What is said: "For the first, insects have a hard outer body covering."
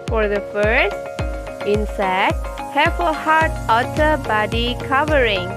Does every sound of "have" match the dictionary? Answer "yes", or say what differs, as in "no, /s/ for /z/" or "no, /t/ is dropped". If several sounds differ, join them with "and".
no, /f/ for /v/